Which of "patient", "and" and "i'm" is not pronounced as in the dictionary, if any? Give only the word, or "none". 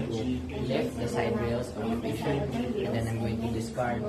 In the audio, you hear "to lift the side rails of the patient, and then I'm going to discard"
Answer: patient